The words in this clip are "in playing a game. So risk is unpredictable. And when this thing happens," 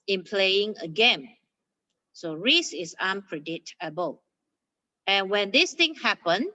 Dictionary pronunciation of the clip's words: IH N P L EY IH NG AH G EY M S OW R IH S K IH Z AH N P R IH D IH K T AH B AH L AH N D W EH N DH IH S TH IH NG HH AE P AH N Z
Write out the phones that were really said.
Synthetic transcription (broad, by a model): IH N P L EY IH NG AH G EY M S OW R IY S IH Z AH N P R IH D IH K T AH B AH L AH N W EH N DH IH S T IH NG HH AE P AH N